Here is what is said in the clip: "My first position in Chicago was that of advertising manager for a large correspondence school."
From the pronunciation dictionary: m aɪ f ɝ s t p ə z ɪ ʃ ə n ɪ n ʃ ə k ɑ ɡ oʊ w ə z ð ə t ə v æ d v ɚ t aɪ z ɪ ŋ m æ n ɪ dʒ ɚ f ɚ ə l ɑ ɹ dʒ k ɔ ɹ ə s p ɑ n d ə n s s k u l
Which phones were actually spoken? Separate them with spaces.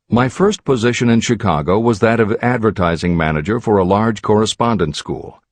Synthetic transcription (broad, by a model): m aɪ f ɝ s t p ə z ɪ ʃ ə n ɪ n ʃ ə k ɑ ɡ oʊ w ə z ð ə t ə v æ d v ɚ t aɪ z ɪ ŋ m æ n ɪ dʒ ɚ f ɚ ə l ɑ ɹ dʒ k ɔ ɹ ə s p ɑ n d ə n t s k u l